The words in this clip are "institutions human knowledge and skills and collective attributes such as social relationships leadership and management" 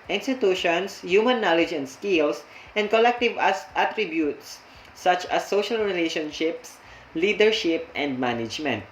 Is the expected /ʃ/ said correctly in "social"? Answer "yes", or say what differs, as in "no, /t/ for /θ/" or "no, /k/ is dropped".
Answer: yes